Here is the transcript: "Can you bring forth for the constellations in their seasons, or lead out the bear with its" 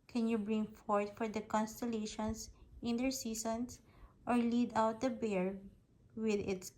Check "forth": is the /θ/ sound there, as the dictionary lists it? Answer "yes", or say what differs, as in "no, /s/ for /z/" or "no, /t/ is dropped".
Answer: no, /t/ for /θ/